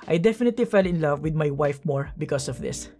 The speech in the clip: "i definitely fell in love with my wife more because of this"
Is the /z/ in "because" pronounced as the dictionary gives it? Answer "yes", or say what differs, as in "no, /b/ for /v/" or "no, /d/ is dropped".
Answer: no, /s/ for /z/